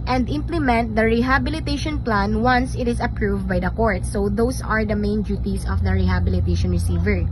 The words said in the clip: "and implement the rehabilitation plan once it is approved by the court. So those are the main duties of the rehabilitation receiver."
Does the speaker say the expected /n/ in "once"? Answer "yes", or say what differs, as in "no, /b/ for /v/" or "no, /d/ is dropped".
yes